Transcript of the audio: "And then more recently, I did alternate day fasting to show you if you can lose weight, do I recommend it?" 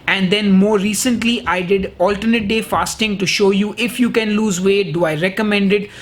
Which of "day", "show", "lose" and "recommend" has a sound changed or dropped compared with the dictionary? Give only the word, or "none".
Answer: none